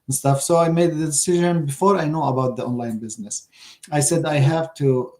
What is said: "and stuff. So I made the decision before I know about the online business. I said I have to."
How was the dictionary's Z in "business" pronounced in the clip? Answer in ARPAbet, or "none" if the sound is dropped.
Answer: Z